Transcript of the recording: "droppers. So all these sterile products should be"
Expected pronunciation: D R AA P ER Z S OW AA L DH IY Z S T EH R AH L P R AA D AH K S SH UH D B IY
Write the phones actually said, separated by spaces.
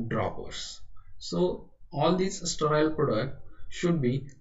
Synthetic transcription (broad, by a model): D R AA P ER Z S OW AA L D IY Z S T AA AH L P R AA D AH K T SH UH D B IY